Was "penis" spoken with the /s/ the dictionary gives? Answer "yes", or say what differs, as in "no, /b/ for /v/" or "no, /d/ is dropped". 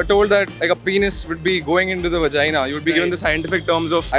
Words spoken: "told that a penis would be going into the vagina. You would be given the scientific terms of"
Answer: yes